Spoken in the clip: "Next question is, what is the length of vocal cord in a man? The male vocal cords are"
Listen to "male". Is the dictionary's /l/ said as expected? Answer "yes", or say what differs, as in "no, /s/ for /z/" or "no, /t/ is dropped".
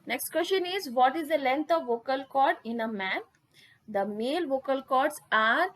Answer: yes